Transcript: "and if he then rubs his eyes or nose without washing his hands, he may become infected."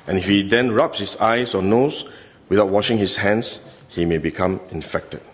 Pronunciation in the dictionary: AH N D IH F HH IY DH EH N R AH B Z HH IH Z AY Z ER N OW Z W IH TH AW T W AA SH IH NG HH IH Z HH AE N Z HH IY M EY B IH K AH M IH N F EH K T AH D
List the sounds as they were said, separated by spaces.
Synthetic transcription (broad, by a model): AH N IH F HH IY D EH N R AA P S HH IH S AY S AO N OW S W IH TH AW T W AA SH IH NG HH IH S HH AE N S HH IY M EY B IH K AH M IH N F EH K T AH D